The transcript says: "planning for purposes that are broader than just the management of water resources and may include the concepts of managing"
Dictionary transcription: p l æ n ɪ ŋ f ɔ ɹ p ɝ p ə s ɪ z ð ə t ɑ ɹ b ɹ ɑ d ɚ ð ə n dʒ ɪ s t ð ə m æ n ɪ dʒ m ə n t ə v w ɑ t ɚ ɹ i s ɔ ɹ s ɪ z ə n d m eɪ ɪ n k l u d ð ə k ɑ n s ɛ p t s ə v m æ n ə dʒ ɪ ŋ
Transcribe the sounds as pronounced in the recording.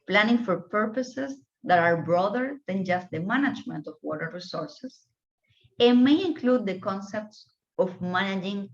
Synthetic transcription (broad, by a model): p l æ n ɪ ŋ f ɔ ɹ p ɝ p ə s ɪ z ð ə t ɑ ɹ b ɹ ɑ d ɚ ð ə n dʒ ɪ s t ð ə m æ n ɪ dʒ m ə n t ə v w ɑ t ɚ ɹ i s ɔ ɹ s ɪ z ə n m eɪ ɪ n k l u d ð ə k ɑ n s ɛ p t s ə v m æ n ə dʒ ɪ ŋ